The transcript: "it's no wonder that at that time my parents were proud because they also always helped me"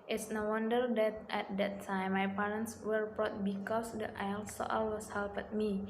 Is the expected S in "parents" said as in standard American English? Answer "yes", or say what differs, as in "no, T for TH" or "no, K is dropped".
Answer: yes